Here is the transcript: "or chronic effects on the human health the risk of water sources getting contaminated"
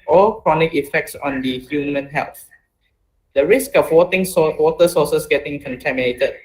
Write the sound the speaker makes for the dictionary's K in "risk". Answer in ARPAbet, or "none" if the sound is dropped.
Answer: K